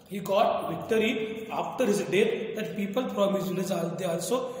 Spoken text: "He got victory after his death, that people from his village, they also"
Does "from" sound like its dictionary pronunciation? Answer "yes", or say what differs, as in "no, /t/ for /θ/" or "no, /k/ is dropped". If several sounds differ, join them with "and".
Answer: no, /p/ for /f/